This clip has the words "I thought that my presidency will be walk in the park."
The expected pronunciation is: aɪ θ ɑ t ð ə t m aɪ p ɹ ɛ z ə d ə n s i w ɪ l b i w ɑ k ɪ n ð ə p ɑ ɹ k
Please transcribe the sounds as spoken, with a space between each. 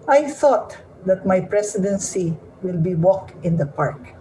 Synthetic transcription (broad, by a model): aɪ θ ɑ t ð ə t m aɪ p ɹ ɛ s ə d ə n s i w ɪ l b i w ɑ k ɪ n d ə p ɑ ɹ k